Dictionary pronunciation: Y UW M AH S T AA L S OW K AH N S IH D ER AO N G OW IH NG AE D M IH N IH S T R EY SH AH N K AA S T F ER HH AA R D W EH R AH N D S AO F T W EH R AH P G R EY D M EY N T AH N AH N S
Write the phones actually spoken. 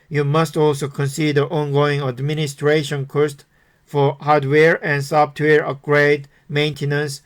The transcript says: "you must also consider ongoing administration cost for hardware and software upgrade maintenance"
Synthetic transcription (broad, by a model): Y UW M AH S T AA L S OW K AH N S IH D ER AO N G OW IH NG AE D M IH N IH S T R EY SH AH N K AA S T F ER HH AA R D W EH R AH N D S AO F T W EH R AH G R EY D M EY N T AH N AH N S